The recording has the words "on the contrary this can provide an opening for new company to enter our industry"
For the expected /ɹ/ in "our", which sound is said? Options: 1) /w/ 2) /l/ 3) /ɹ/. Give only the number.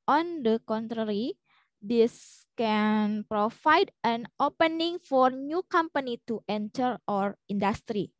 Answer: 3